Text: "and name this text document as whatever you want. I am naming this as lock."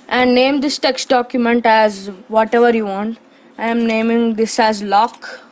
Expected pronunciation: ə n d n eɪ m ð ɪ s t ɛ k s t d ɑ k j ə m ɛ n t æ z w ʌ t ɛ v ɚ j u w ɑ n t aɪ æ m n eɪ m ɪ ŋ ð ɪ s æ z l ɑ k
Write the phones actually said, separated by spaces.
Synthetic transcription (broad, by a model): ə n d n eɪ m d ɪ s t ɛ k s t d ɑ k j ə m ɛ n t æ z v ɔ t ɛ v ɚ j u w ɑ n t aɪ m n eɪ m ɪ ŋ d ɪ s æ z l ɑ k